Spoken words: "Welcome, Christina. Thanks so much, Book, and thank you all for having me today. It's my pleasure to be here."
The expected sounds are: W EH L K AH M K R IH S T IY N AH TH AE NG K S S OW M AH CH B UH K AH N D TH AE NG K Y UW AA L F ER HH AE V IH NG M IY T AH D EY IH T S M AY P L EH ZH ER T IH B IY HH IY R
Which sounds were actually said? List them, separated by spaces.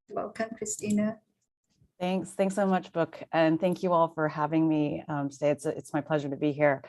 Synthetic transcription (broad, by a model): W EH L K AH M K R IH S T IY N AH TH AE NG K S S OW M AH CH B UH K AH N TH AE NG K Y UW AA L F ER HH AE V IH NG M IY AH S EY IH T S M AY P L EH ZH ER T IH B IY HH IY R